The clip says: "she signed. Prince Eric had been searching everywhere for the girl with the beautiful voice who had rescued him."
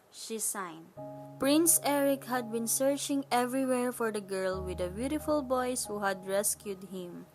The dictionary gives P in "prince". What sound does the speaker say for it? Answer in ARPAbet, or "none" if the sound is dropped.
P